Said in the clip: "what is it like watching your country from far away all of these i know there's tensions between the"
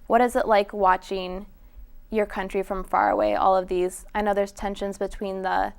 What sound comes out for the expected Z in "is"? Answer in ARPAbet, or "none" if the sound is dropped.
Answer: Z